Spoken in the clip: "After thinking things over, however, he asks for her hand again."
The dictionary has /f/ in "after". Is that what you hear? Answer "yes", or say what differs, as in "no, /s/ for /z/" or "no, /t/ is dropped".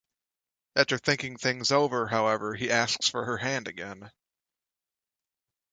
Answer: no, /f/ is dropped